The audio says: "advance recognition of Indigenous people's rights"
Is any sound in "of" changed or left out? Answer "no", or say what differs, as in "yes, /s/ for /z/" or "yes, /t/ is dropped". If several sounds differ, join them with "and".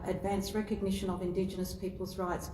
no